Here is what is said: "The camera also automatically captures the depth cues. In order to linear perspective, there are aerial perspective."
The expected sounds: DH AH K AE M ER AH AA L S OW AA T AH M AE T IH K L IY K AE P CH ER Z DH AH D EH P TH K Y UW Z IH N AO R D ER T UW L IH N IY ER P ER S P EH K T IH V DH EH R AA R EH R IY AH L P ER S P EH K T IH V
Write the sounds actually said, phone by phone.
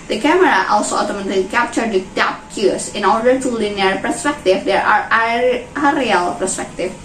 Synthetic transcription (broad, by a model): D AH K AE M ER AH AA L S OW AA T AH M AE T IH L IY K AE P CH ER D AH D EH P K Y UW S IH N AO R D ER T UW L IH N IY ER P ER S P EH K T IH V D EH R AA R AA R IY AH L P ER S P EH K T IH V